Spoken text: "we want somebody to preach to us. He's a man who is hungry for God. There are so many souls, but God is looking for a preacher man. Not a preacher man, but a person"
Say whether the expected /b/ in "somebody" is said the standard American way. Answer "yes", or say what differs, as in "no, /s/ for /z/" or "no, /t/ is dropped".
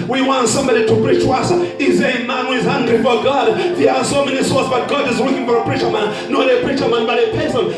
yes